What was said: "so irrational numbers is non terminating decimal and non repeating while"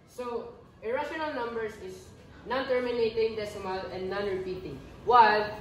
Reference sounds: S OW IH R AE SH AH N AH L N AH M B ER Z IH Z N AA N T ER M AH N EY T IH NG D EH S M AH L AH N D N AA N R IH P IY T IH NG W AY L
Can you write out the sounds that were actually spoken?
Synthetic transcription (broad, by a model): S OW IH R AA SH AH N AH L N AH M B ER S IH S N AA N T ER M AH N EY T IH NG D EH S M AH L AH N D N AA N R IH P IY T IH NG W AY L